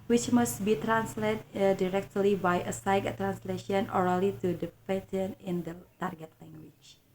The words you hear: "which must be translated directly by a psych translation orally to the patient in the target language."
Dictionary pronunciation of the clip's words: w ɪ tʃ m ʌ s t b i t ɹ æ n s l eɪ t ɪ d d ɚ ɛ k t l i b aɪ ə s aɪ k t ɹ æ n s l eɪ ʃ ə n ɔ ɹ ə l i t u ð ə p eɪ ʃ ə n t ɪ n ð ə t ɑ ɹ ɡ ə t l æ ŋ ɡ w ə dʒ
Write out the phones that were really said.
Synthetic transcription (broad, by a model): w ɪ tʃ m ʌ s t b i t ɹ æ n s l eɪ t d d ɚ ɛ k t l i b aɪ ə s aɪ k t ɹ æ n s l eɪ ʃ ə n ɔ ɹ ə l i t u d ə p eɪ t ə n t ɪ n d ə t ɑ ɹ ɡ ə t l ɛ ŋ ɡ w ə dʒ